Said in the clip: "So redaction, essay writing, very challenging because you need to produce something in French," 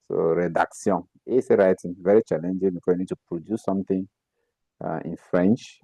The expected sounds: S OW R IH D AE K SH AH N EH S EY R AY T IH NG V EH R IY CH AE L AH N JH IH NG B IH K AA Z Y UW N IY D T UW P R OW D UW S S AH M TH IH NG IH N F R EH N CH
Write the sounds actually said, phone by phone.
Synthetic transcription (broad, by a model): S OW R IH D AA K S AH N EH S EY R AY T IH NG V EH R IY CH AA L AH N JH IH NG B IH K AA Y UW N IY D T UW P R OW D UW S S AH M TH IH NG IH N F R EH N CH